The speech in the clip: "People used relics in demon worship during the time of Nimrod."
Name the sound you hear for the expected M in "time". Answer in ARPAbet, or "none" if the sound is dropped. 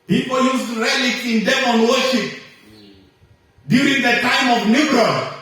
M